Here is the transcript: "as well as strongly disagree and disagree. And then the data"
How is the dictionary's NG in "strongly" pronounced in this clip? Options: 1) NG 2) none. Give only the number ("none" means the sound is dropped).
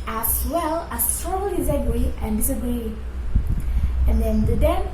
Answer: 2